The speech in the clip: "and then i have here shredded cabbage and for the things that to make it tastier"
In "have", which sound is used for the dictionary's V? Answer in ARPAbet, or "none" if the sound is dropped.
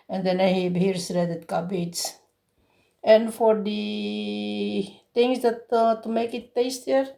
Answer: B